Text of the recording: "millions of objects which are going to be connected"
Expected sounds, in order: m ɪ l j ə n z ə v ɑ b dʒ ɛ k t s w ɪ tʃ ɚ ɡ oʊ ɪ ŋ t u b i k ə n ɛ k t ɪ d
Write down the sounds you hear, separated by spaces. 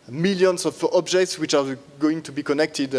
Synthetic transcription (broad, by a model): m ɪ l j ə n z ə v ɑ b dʒ ɛ k t s w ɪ tʃ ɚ ɡ oʊ ɪ ŋ t u b i k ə n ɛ k t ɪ d